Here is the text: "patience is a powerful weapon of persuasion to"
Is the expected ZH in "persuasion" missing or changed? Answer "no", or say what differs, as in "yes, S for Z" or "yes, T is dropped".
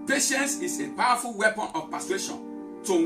yes, SH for ZH